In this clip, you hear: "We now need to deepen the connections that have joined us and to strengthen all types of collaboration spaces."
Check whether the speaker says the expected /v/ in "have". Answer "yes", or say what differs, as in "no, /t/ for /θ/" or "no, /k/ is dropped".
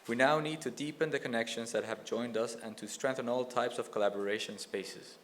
yes